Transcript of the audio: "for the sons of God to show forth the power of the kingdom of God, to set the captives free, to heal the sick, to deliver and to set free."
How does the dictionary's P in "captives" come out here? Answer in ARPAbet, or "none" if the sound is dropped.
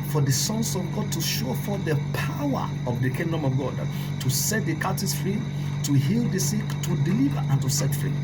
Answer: none